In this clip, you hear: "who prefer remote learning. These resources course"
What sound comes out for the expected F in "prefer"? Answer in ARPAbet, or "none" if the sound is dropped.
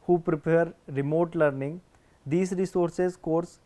P